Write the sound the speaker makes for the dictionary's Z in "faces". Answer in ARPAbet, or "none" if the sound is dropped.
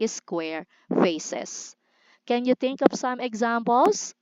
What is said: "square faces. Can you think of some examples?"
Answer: S